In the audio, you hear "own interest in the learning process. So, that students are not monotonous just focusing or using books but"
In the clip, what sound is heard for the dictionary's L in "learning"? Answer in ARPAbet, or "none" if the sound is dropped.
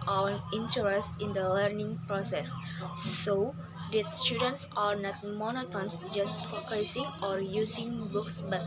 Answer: L